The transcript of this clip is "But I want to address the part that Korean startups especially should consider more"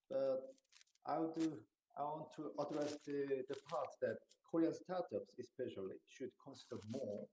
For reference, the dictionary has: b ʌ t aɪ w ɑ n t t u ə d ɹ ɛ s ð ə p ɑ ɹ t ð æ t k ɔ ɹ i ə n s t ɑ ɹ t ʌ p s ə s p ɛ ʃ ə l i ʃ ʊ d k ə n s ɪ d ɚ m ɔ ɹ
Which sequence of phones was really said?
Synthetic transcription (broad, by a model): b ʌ t aɪ w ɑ n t t u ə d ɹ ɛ s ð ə p ɑ ɹ t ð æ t k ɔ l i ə s t ɑ ɹ t ʌ p s ə s p ɛ ʃ ə l i ʃ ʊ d k ə n s ɪ d ɚ m ɔ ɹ